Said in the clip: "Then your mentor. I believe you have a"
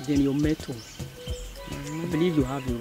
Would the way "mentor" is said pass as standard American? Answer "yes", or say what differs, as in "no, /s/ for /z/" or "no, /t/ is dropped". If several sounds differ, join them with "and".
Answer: no, /n/ is dropped